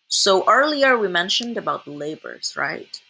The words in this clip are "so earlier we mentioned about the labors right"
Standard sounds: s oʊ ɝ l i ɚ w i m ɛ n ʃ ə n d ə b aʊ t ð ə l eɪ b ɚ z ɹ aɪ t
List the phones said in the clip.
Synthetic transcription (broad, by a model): s oʊ ɝ l i ɚ w i m ɛ n ʃ ə n d ə b aʊ t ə l eɪ b ɚ z ɹ aɪ t